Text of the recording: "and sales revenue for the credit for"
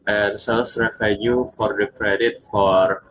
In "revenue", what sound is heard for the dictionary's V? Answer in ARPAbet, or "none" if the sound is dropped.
F